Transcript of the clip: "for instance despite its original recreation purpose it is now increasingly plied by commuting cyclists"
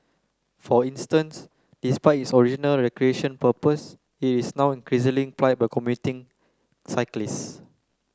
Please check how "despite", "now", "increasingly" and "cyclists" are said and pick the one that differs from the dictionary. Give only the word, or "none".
increasingly